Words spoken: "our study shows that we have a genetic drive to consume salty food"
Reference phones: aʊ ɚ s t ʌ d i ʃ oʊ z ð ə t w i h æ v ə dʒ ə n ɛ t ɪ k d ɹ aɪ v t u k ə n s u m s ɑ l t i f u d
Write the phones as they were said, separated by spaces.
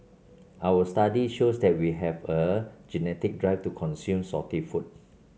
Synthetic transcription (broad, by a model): aʊ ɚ s t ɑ d i ʃ oʊ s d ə t w i h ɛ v ə dʒ ə n ɛ t ɪ k d ɹ aɪ f t u k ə n s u m s ɑ t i f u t